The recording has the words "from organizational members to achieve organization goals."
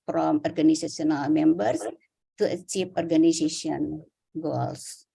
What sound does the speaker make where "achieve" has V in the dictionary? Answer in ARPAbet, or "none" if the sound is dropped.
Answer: P